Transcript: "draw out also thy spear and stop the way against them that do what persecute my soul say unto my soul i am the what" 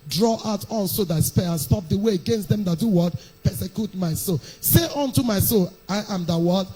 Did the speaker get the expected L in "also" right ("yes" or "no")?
no